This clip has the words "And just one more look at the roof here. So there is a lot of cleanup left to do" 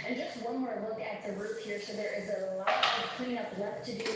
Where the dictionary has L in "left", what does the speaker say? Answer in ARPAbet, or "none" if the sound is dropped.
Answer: W